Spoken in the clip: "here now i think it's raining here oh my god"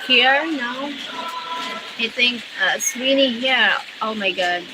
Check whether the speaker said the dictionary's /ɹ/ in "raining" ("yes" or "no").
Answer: no